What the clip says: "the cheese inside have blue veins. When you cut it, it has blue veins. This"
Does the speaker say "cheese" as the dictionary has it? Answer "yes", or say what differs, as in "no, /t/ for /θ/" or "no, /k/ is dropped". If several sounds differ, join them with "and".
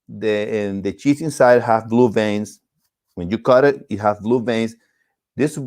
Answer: no, /s/ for /z/